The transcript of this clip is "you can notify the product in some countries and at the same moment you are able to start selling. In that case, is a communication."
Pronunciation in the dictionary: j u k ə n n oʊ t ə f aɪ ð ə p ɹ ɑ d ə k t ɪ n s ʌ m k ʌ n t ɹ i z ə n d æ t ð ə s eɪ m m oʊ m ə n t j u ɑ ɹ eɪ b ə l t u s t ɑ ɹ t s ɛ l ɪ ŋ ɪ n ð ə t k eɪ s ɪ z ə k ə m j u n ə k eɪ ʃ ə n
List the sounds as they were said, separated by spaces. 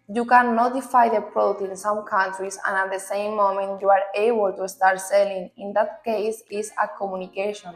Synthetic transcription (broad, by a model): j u k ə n n oʊ t ə f aɪ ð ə p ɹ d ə t ɪ n s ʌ m k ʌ n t ɹ i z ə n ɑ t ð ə s eɪ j m oʊ m ə n t j u ɑ ɹ eɪ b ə l t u s t ɑ ɹ t s ɛ l ɪ ŋ ɪ n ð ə t k eɪ s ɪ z ə k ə m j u n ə k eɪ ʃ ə n